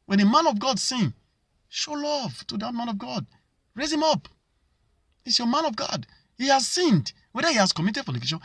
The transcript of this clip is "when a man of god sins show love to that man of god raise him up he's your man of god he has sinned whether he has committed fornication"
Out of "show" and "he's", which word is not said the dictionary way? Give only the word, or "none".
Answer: he's